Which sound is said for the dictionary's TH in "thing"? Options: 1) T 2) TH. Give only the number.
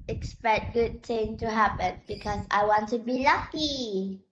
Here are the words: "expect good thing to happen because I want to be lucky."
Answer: 1